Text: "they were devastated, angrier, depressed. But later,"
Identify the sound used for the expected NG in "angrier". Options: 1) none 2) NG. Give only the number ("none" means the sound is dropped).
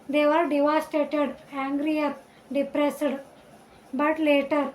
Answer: 2